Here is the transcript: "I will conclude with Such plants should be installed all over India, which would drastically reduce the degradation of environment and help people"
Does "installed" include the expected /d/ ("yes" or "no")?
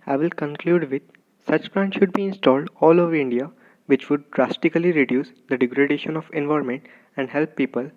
yes